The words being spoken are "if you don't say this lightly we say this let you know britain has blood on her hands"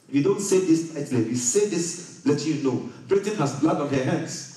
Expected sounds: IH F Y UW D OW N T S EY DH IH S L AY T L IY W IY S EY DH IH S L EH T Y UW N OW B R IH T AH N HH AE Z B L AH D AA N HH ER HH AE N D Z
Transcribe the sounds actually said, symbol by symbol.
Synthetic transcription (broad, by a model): Y UW D OW N T S EY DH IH S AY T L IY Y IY S EY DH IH S L EH T Y UW N OW B R IH T AH N HH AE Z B L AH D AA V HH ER HH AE N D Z